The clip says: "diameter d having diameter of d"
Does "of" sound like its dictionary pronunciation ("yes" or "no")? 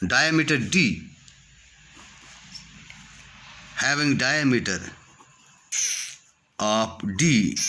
no